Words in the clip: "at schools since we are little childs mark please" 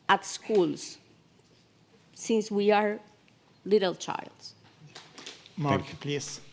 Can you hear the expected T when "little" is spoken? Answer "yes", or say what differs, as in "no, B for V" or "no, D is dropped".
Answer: yes